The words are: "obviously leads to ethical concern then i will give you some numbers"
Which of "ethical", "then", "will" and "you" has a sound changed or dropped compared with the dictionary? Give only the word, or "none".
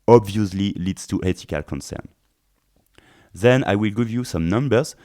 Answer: ethical